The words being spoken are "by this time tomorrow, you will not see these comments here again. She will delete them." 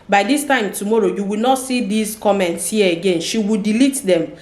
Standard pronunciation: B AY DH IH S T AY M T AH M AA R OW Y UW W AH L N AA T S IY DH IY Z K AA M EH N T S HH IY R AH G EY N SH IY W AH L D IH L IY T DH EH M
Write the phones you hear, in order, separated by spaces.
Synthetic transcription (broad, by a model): B AY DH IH S T AY M T AH M AA R OW Y UW W AH L N AA T S IY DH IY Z K AA M EH N T S HH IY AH AH G EY N SH IY W AH L D IH L IY T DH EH M